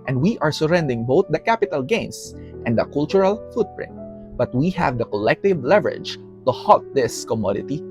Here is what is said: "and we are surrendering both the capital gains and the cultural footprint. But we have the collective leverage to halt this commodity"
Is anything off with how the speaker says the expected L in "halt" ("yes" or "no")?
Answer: yes